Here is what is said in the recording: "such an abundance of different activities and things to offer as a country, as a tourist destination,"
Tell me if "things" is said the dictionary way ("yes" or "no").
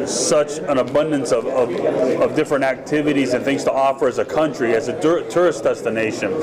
yes